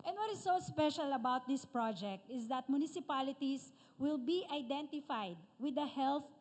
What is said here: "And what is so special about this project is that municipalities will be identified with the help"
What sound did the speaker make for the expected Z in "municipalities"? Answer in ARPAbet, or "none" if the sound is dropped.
S